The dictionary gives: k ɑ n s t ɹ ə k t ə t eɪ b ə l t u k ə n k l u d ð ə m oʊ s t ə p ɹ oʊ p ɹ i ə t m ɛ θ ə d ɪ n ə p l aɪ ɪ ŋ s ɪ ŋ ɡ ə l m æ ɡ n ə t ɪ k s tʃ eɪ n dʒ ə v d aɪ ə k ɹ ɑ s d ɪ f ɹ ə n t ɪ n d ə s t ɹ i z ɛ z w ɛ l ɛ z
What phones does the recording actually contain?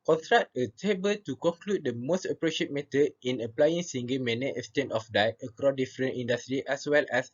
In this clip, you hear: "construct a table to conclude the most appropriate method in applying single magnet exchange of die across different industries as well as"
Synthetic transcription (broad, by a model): k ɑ n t ɹ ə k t ə t eɪ b ə l t u k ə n k l u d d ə m oʊ s t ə p ɹ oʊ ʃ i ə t m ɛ t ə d ɪ n ə p l aɪ ɪ ŋ s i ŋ ɡ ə m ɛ n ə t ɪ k s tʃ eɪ n ə f d aɪ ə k ɹ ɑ d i f ɹ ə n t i n d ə s t ɹ i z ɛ s w ɛ l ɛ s